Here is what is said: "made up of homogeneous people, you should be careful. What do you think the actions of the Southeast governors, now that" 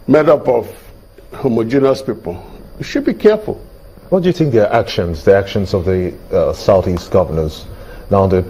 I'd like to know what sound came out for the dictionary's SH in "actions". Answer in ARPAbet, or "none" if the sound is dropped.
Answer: SH